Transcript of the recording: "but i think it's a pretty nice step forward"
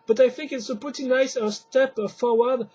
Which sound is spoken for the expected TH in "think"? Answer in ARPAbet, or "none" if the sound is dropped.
TH